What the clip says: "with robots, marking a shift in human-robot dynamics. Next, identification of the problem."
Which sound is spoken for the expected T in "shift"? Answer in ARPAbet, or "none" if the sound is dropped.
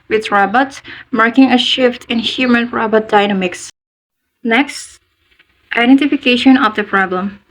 T